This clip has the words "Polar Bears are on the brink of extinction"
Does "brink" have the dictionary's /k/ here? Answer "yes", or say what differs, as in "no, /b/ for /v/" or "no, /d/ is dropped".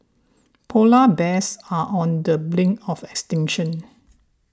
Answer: no, /k/ is dropped